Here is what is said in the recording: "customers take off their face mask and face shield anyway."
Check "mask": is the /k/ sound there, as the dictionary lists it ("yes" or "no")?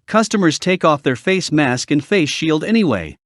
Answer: yes